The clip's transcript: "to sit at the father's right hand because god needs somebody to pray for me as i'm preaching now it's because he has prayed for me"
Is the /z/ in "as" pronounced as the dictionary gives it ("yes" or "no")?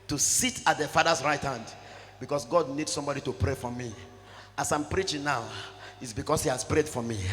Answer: no